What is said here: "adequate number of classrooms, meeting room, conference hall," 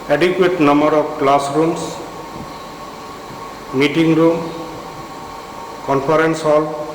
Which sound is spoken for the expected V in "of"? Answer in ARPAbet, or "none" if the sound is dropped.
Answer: P